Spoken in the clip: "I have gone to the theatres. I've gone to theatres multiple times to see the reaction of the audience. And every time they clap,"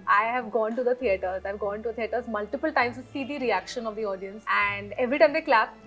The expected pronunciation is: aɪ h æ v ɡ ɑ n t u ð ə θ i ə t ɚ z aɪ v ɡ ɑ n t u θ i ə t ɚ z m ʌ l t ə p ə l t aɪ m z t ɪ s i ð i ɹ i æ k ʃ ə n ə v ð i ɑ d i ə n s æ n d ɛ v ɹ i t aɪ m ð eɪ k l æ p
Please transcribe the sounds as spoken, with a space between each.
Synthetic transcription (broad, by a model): aɪ h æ v ɡ ɑ n t u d ə t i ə t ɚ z aɪ v ɡ ɑ n t u t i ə t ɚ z m ʌ l t ə p ə l t aɪ m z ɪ s i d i ɹ i æ k ʃ ə n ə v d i ɑ d i ə n s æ n d ɛ v ɹ i t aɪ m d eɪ k l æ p